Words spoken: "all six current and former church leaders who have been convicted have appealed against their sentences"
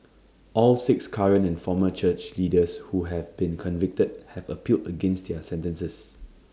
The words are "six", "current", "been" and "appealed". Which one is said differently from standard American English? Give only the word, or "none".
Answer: current